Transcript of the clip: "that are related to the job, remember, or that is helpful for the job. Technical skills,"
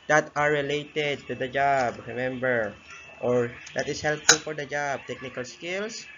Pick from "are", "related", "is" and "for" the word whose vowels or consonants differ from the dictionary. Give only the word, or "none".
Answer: is